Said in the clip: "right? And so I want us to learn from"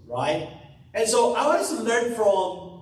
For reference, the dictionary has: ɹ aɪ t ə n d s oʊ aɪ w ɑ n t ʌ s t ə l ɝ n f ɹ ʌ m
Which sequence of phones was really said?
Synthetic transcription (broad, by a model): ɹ aɪ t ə n s oʊ aɪ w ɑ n ʌ s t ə l ɝ n f ɹ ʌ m